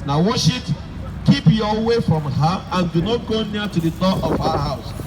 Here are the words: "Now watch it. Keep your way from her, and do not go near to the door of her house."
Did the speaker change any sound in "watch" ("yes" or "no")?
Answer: yes